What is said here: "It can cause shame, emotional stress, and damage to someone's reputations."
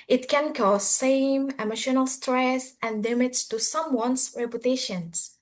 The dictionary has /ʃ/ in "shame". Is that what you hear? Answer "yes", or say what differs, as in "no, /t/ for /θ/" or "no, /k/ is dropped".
no, /s/ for /ʃ/